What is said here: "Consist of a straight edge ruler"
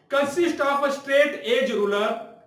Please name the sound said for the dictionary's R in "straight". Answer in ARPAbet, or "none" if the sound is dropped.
R